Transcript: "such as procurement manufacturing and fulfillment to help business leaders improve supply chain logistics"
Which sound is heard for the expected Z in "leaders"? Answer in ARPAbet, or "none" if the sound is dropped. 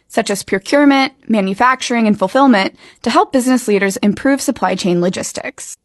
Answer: Z